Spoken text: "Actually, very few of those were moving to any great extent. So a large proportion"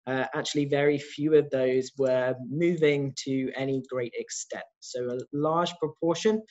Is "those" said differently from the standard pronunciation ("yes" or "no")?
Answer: no